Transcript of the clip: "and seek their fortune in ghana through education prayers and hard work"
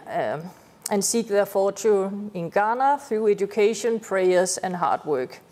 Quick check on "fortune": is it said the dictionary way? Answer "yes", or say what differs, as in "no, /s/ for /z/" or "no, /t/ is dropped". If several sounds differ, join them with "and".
no, /n/ is dropped